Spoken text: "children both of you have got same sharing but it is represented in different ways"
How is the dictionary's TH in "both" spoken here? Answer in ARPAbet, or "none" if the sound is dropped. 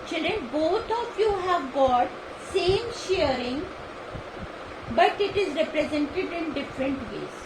T